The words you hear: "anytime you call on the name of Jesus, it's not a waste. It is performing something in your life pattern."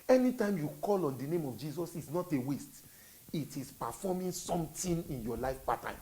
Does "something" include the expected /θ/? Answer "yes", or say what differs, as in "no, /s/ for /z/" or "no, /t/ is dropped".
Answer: no, /t/ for /θ/